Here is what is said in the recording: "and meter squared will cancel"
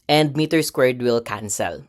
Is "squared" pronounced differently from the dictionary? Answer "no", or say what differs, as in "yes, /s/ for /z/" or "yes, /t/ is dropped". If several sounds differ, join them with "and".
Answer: no